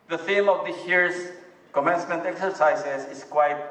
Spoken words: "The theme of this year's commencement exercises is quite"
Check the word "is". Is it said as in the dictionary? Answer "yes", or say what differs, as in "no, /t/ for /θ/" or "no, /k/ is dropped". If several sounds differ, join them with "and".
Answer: no, /s/ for /z/